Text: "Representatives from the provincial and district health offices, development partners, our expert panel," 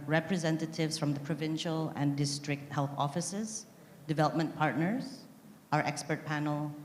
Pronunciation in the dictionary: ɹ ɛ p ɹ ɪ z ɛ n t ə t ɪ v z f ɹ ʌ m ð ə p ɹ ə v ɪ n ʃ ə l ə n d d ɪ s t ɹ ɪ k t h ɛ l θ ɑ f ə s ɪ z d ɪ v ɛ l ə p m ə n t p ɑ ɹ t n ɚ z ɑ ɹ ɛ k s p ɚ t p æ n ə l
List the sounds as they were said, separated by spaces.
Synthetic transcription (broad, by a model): ɹ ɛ p ɹ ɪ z ɛ n t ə t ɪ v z f ɹ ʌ m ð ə p ɹ ə v ɪ n ʃ ə l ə n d d ɪ s t ɹ ɪ k t h ɛ l θ ɑ f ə s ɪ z d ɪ v ɛ l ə p m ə n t p ɑ ɹ t n ɚ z ɑ ɹ ɛ k s p ɚ t p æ n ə l